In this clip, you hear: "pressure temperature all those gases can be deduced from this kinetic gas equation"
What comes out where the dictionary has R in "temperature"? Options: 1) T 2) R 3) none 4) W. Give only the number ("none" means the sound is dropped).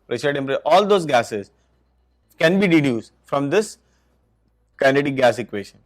3